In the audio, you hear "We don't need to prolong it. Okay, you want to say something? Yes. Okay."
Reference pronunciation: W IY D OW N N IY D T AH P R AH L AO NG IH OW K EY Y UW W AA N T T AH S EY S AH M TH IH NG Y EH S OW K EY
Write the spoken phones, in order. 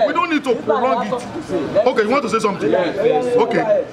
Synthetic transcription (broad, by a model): W IY D OW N N IY D T AH P R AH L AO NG IH OW K EY Y UW W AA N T T AH S EY S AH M T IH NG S OW K EY